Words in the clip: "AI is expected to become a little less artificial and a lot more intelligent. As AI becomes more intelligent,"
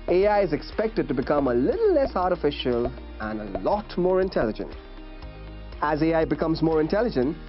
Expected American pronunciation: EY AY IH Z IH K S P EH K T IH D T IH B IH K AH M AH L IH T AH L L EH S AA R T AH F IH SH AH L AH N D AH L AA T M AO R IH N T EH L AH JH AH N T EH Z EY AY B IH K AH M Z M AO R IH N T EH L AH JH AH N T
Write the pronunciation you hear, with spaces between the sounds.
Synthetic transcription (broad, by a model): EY AY IH Z IH K S P EH K T IH D T IH B IH K AH M AH L IH T L L EH S AA R T AH F IH SH AH L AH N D AH L AA T M AO R IH N T EH L AH JH AH N T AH Z EY AY B IH K AH M Z M AO R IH N T EH L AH JH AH N T